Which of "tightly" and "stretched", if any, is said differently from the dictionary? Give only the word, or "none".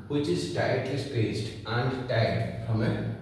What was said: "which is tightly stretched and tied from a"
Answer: stretched